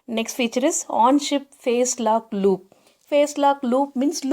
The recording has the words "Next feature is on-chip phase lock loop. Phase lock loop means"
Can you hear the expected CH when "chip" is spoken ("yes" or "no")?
no